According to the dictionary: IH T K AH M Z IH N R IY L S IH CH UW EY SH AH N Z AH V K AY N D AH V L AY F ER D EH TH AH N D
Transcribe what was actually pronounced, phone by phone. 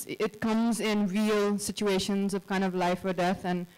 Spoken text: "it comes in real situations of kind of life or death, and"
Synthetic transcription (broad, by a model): IH T K AH M Z IH N R IY L S IH CH UW EY SH AH N Z AH V K AY N D AH V L AY F ER D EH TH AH N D